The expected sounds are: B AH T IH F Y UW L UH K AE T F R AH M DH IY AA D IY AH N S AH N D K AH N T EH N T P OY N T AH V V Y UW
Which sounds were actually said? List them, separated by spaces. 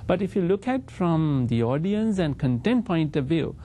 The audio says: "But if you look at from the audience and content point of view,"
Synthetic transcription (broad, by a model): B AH T IH F Y UW L UH K AE T F R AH M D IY AA D IY AH N S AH N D K AH N T EH N T P OY N T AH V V Y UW